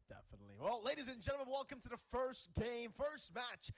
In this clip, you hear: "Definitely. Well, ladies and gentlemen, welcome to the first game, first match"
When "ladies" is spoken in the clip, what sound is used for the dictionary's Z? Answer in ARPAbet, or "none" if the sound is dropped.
Z